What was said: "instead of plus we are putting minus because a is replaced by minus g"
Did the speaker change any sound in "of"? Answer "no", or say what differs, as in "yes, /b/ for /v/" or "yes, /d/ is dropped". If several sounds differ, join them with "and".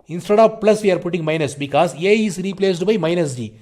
yes, /p/ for /v/